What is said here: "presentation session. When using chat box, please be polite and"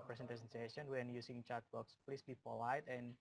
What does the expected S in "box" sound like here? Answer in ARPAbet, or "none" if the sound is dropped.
S